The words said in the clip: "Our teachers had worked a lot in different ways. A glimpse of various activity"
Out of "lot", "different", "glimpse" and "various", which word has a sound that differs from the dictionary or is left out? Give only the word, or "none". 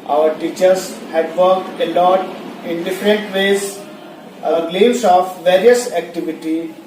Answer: glimpse